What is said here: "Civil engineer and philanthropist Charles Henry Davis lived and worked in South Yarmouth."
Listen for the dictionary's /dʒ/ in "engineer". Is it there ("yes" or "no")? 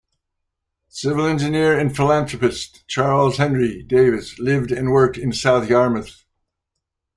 yes